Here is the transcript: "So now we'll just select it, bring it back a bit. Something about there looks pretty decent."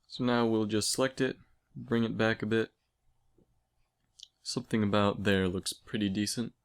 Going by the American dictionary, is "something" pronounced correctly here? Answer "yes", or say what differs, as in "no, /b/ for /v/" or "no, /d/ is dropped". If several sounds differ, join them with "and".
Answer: yes